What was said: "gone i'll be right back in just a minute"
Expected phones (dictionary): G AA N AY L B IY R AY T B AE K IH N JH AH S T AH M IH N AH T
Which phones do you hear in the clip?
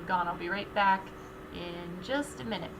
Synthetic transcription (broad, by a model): G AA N AY L B IY R AY T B AE K IH N JH AH S T AH M IH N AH T